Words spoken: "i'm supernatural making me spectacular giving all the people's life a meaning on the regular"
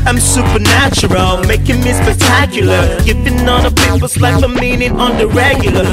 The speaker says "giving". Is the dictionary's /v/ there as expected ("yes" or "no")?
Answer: no